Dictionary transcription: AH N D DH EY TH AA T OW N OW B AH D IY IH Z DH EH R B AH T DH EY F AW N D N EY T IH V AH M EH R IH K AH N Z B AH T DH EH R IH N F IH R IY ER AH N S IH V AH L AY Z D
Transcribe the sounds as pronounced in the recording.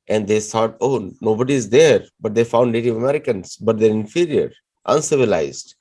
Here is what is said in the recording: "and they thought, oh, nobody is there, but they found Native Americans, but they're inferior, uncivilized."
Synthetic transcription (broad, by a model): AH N D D EY S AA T OW N OW B AH D IY IH Z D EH R B AH T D EY F AW N D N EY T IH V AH M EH R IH K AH N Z B AH T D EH R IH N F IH R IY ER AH N S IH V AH L AY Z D